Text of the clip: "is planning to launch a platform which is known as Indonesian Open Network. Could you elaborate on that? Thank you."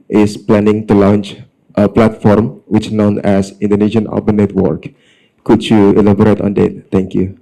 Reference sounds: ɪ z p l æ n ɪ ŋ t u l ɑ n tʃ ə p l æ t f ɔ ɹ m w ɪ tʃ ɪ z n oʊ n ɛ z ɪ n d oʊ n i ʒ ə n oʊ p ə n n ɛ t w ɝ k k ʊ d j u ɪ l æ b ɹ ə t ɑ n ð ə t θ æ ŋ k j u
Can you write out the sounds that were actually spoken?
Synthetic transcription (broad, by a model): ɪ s p l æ n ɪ ŋ t u l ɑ n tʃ ə p l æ t f ɔ ɹ m w ɪ tʃ n oʊ n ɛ s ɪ n d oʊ n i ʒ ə n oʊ b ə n n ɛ t w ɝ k k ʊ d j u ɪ l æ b ɹ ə t ɑ n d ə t t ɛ ŋ k j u